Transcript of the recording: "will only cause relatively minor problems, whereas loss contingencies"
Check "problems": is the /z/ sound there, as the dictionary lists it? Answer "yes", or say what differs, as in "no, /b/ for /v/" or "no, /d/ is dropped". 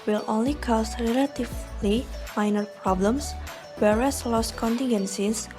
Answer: no, /s/ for /z/